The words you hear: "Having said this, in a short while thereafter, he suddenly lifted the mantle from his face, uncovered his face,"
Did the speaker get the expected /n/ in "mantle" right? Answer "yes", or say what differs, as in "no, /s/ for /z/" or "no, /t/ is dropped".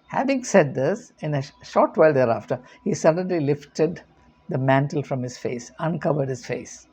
yes